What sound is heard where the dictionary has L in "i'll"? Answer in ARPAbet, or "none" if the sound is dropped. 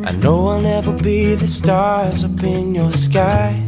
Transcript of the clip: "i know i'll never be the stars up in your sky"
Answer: W